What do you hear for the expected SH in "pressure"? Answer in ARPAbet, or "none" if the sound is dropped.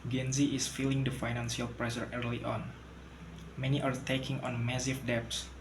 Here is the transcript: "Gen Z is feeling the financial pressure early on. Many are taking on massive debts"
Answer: S